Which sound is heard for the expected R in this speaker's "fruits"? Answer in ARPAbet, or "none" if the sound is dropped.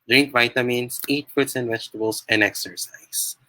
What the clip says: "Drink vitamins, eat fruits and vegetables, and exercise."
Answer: none